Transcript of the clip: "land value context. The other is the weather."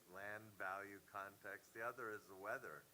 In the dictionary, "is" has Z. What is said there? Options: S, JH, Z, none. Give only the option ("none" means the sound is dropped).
Z